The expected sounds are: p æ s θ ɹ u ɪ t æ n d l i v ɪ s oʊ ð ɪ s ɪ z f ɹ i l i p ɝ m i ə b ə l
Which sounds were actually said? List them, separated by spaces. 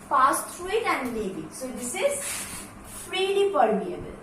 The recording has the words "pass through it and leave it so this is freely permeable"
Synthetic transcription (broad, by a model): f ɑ s t ɹ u ɪ t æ n d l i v ɪ s oʊ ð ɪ s ɪ z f ɹ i l i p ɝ m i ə b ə l